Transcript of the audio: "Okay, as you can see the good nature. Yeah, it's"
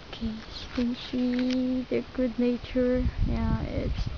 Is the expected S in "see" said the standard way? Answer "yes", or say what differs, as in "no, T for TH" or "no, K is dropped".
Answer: no, SH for S